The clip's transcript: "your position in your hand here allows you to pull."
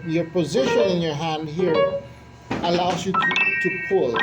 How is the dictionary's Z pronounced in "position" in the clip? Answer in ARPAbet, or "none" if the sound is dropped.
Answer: Z